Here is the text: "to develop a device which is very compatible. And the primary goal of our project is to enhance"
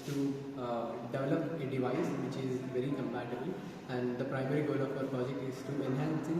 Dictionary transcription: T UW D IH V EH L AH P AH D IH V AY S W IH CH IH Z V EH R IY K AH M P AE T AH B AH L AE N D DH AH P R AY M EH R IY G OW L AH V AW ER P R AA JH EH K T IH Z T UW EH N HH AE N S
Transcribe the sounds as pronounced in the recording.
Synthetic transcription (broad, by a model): T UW D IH V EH L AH P AH D IH V AY S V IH CH IH Z V EH R IY K AH M P AE T AH B AH L AE N D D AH P R AY M EH R IY G OW L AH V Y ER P AA JH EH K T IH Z T UW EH N HH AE N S